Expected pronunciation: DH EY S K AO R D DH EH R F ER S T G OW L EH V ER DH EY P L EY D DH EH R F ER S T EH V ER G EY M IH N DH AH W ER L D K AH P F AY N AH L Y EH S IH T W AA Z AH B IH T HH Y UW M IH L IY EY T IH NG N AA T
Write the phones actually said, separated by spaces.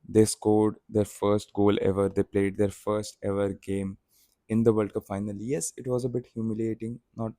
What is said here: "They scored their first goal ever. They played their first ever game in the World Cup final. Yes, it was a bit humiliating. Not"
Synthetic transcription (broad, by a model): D EY S K AO R D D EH R F ER S T G OW L EH V ER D EY P L EY D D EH R F ER S T EH V ER G EY M IH N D AH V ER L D K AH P F AY N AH L Y EH S IH T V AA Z AH B IH T HH Y UW M IH L IY EY T IH NG N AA T